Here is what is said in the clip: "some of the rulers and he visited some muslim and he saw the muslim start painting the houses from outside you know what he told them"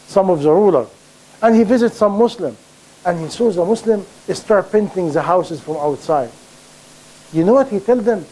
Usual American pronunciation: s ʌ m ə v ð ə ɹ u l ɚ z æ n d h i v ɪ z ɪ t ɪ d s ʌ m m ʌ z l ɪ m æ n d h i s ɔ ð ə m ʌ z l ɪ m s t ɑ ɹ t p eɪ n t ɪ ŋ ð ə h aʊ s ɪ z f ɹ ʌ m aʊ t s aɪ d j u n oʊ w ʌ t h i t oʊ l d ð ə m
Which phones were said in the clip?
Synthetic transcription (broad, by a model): s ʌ m ə v ð ə ɹ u l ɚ æ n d h i v ɪ z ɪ t s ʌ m m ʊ s l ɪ m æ n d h i s ɔ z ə m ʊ s l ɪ m s t ɑ ɹ t p eɪ n t ɪ ŋ ð ə h aʊ s ɪ z f ɹ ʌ m aʊ t s aɪ d j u n oʊ w ʌ t h i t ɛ l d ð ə m